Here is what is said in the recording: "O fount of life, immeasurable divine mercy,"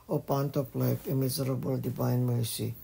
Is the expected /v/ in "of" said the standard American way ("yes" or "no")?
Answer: no